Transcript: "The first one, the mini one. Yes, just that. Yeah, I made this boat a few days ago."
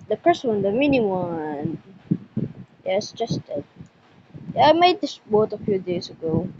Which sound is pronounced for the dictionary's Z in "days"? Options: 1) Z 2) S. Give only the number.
2